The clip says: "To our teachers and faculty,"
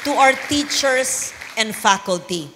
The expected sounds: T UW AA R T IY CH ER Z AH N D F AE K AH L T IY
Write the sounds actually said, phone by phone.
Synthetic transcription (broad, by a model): T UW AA W T IY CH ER S AH N D F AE K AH L T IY